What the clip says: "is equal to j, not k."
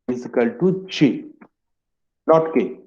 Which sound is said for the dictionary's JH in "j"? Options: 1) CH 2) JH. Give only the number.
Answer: 1